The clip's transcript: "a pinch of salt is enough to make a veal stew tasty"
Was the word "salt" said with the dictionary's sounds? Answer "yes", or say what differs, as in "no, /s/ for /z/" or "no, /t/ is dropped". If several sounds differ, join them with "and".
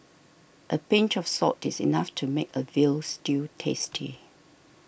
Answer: no, /l/ is dropped